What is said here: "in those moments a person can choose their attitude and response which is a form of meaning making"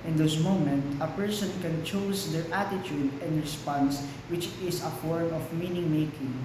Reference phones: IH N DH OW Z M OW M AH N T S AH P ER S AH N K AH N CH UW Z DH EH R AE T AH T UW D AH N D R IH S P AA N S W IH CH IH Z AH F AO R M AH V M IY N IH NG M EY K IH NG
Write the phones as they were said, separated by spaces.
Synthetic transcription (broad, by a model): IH N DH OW S M OW M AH N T AH P ER S AH N K AH N CH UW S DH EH R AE T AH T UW D AH N D R IH S P AA N S W IH CH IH S AH F AO R M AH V M IY N IH NG M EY K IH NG